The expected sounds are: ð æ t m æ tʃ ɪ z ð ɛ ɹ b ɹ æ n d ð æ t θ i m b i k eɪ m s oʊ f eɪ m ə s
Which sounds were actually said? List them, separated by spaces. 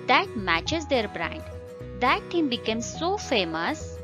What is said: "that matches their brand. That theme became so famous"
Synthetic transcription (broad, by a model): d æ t m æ tʃ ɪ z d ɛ ɹ b ɹ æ n d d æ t t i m b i k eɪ m s oʊ f eɪ m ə s